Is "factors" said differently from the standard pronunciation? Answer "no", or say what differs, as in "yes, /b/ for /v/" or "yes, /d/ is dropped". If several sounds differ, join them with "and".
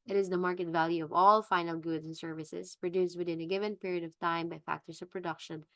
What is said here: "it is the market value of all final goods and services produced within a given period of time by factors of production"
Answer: yes, /s/ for /z/